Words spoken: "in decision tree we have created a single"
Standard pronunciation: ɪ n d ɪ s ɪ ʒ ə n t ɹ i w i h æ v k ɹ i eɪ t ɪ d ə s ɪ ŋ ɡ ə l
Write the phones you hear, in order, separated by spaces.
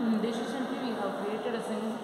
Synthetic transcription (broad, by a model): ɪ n d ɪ ʃ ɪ s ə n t i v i h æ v k ɹ i eɪ t ɪ d ə s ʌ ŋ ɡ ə